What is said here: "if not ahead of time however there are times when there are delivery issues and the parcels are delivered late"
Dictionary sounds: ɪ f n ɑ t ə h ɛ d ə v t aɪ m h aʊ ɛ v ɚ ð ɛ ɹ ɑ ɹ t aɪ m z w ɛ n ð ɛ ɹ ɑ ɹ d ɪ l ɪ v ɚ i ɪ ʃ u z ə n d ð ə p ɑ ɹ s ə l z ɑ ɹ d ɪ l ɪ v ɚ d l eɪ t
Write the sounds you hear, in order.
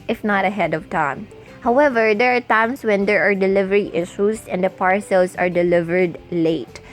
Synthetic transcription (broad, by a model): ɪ f n ɑ t ə h ɛ d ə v t aɪ m h aʊ ɛ v ɚ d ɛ ɹ ɑ ɹ t aɪ m s w ɛ n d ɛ ɹ ɑ ɹ d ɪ l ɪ v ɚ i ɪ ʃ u s ə n d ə p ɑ ɹ s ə l s ɑ ɹ d ɪ l ɪ v ɚ d l eɪ t